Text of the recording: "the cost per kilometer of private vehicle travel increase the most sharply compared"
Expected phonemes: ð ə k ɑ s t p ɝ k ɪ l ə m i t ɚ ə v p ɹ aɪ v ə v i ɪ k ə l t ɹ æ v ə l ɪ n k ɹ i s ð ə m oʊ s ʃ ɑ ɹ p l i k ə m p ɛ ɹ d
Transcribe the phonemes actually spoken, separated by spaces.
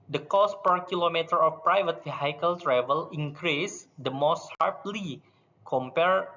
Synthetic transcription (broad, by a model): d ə k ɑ s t p ɝ k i l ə m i t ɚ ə f p ɹ aɪ v ə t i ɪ k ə l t ɹ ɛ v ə l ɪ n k ɹ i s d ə m oʊ s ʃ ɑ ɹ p l i k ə m p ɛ ɹ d